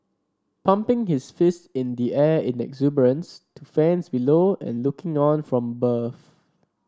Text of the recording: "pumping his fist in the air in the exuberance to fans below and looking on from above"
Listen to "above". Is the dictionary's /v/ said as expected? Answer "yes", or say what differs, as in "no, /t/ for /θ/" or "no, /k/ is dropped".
no, /f/ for /v/